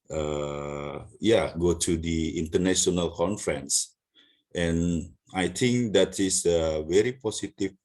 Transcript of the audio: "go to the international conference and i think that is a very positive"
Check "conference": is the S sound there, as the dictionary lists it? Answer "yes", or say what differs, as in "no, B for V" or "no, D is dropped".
yes